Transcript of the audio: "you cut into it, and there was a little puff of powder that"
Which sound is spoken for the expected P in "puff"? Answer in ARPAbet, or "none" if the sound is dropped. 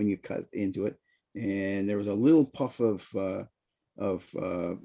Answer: P